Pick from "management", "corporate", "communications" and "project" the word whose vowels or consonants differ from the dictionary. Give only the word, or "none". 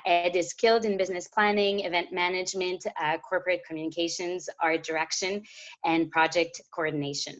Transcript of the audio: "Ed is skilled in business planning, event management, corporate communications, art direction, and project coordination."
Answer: none